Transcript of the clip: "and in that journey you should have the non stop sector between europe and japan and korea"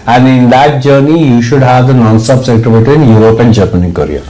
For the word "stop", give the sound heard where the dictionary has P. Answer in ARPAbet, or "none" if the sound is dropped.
B